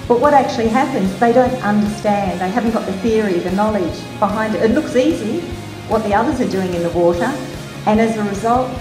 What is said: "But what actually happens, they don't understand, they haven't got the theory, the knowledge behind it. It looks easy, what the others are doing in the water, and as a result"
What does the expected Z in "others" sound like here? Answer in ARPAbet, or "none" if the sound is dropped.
Z